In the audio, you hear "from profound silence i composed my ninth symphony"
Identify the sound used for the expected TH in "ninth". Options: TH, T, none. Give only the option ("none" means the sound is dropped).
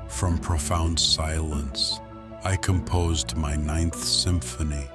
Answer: TH